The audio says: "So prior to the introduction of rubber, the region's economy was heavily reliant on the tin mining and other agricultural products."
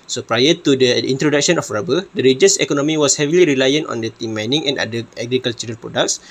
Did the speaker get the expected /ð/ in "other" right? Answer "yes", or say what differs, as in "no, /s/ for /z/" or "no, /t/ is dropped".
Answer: no, /ð/ is dropped